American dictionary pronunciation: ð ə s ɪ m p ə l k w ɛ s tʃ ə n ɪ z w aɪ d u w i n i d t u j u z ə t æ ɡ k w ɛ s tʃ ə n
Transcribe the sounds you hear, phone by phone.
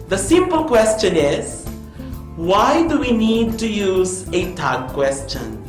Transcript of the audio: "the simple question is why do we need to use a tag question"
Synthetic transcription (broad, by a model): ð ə s ɪ m p ə l k w ɛ s tʃ ə n ɪ z w aɪ d u w i n i d t u j u z ə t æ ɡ k w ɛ s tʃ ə n